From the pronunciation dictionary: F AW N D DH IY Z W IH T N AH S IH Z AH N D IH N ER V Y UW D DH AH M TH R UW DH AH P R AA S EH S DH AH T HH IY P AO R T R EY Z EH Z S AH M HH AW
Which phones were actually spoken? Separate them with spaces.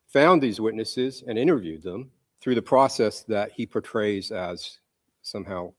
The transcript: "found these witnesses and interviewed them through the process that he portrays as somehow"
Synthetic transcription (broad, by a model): F AW N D DH IY Z W IH T N AH S IH Z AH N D IH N ER V Y UW D DH AH M TH R UW DH AH P R AA S EH S DH AH T HH IY P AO R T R EY Z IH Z S AH M HH AW